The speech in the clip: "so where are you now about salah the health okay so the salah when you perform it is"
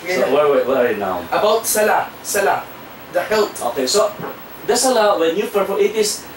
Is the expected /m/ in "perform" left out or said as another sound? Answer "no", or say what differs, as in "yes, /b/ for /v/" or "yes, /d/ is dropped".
yes, /m/ is dropped